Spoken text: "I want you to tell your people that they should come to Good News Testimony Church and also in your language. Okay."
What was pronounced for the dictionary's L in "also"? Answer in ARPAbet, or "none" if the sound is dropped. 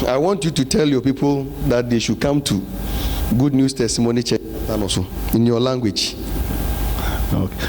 none